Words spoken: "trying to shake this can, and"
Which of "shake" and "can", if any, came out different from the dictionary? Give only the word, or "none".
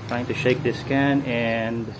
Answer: none